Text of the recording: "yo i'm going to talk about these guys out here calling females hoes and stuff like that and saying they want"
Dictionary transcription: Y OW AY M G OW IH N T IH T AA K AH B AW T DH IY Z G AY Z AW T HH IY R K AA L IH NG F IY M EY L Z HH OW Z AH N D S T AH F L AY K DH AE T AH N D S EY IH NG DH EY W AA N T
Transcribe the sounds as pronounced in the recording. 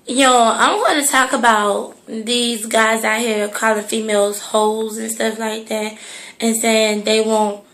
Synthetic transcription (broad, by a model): Y OW AY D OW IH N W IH T AA K AH B AW T DH IY Z G AY Z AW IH HH IY R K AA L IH F IY M EY L Z HH OW Z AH N S T AH F L AY K DH AE T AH N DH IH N DH EY W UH N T